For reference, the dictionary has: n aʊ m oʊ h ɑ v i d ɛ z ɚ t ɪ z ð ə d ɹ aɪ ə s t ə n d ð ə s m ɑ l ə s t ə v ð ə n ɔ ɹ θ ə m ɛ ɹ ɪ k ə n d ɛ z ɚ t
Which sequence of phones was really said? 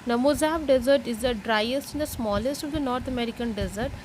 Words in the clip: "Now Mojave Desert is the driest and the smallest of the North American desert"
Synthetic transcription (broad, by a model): n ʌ m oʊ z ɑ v d ɛ z ɚ t ɪ z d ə d ɹ aɪ ə s t ə n d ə s m ɑ l ə s t ə v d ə n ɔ ɹ t ə m ɛ ɹ ɪ k ə n d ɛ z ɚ t